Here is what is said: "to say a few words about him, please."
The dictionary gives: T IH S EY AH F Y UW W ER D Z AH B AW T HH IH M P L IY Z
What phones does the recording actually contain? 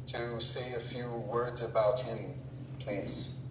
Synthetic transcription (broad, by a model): T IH S EY AH F Y UW W ER D Z AH B AW T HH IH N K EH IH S